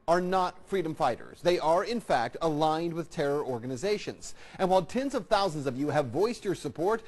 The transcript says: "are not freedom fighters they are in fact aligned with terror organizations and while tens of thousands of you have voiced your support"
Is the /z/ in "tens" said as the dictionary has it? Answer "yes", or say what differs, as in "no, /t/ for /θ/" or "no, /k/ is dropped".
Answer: yes